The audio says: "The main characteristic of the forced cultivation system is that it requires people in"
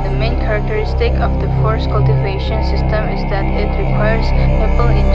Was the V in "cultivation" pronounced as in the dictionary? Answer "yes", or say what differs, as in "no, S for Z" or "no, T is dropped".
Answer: yes